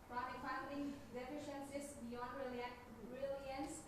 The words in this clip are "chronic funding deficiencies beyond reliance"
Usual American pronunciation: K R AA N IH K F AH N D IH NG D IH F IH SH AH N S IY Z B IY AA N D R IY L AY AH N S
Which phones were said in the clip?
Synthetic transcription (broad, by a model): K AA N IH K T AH D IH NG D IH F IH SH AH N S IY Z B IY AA N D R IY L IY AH N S